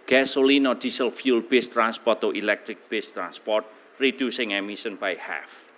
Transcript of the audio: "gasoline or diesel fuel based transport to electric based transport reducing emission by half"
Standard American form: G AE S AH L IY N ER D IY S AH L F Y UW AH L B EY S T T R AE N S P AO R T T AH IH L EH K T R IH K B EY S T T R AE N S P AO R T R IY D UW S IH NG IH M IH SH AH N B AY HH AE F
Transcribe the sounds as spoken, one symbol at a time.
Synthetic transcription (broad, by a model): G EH S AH L IY N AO D IY S AH L F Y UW L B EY S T T R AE N S P AO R T T AH L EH K T R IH K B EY S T T R AE N S P AO R T R IY D UW S IH NG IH M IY S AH N B AY HH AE F